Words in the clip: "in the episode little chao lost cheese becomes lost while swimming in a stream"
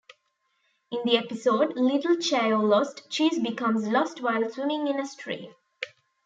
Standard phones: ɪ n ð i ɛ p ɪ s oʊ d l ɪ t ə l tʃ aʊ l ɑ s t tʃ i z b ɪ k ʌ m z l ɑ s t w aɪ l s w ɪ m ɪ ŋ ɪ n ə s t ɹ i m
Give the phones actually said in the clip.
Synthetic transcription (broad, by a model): ɪ n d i ɛ p ɪ s oʊ d l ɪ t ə l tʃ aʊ l ɑ s t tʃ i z b ɪ k ʌ m z l ɑ s t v aɪ l s w ɪ m ɪ ŋ ɪ n ə s t ɹ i